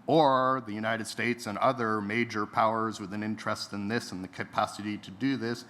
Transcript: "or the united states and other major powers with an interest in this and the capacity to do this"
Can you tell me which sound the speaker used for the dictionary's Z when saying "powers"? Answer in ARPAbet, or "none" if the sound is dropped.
Z